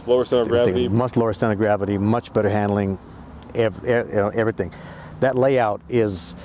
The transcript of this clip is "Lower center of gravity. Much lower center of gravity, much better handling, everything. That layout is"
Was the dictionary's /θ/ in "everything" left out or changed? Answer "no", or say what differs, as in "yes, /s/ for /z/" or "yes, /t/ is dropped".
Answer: no